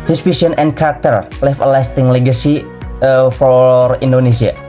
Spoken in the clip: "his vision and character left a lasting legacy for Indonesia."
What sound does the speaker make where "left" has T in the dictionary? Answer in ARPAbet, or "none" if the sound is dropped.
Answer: none